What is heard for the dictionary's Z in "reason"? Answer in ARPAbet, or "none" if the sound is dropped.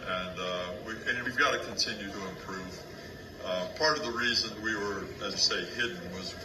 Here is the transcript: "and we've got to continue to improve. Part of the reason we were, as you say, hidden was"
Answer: Z